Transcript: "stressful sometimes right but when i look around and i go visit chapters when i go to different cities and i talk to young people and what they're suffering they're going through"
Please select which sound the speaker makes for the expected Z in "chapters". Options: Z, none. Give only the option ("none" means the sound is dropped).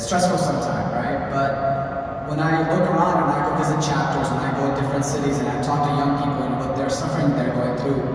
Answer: Z